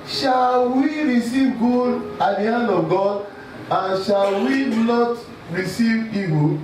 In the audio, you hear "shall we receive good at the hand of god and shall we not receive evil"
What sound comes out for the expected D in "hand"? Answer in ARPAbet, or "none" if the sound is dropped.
none